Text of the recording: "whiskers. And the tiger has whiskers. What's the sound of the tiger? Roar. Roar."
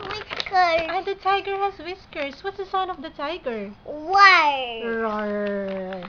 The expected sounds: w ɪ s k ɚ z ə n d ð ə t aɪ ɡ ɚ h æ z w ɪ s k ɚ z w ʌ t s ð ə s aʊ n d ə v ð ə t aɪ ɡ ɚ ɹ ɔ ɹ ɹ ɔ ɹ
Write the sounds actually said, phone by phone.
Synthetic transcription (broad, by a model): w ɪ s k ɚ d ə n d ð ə t aɪ ɡ ɚ h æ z w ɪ s k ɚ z w ʌ t s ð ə s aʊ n ə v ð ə t aɪ ɡ ɚ w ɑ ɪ ɹ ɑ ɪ